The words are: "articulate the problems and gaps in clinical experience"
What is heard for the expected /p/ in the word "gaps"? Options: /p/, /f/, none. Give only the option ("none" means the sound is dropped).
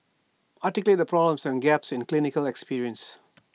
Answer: /p/